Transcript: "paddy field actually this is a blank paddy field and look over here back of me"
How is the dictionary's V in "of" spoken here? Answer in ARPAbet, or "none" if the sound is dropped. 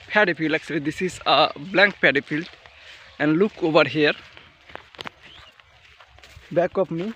P